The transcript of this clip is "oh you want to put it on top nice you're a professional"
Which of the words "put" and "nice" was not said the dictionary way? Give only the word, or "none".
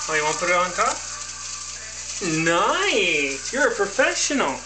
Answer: put